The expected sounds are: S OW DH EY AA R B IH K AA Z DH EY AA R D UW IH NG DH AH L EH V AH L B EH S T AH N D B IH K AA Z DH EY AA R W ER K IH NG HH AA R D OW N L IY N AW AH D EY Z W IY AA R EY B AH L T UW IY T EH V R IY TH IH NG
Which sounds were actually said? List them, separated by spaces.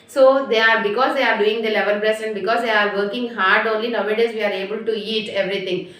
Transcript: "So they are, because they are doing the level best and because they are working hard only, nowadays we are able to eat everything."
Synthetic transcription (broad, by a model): S OW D EY AA R B IH K AA Z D EY AA R D UW IH NG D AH L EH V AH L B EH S AH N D B IH K AA Z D EY AA R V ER K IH NG HH AA R D OW N L IY N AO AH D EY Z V IY AA R EY B AH L T UW IY T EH V R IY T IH NG